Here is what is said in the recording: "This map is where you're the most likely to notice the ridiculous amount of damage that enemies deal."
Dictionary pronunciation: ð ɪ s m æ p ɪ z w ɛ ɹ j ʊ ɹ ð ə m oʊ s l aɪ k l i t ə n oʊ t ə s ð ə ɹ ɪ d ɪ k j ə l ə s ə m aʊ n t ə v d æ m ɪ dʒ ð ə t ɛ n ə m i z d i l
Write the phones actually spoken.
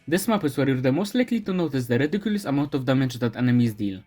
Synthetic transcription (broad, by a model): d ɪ s m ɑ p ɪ s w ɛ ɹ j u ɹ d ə m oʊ s l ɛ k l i t ə n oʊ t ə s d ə ɹ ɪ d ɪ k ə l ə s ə m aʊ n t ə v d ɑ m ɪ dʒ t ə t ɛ n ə m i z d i l